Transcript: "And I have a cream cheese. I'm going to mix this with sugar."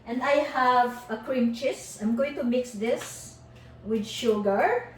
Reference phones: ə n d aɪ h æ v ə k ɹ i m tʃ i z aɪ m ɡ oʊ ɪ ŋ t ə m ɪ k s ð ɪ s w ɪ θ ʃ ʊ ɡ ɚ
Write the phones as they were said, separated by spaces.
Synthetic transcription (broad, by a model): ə n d aɪ h æ v ə k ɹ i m tʃ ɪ s aɪ m ɡ oʊ ɪ ŋ t ə m ɪ k s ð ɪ s w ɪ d ʃ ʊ ɡ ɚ